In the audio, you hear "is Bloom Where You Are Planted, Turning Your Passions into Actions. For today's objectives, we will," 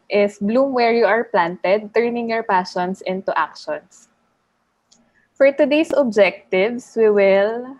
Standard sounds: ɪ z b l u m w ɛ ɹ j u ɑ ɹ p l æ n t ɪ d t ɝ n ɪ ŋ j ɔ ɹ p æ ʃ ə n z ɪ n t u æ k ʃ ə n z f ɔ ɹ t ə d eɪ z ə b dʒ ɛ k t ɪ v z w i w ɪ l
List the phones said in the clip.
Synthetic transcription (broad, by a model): ɪ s b l u m w ɛ ɹ j u ɑ ɹ p l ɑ n t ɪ d t ɝ n ɪ ŋ j ɔ ɹ p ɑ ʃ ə n s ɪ n t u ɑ k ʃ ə n s f ɔ ɹ t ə d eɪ s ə b dʒ ɛ k t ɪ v s w i w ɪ l